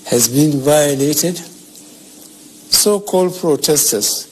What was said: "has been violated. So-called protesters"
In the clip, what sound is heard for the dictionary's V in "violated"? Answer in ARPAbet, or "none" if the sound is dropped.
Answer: V